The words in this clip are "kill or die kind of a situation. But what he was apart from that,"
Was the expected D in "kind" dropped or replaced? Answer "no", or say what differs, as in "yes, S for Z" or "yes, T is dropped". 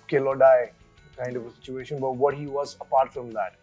no